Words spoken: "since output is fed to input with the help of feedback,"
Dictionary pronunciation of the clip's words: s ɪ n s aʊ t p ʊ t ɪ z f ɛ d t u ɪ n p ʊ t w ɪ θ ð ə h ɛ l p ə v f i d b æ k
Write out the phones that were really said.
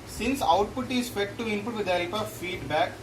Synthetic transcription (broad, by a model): s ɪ n s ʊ t p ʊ t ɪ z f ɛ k t u ɪ n p ʊ t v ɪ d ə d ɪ p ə f i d b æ k